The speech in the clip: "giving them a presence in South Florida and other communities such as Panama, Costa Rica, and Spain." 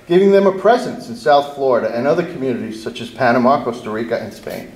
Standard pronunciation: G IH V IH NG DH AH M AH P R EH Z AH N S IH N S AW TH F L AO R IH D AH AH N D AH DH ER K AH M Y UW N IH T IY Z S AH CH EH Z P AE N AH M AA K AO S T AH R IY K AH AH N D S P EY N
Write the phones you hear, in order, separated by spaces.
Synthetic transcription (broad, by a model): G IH V IH NG DH AH M AH P R EH Z AH N S IH N S AW TH F L AO R IH D AH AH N AH DH ER K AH M Y UW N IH T IY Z S AH CH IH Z P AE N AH M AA K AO S T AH R IY K AH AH N S P EY N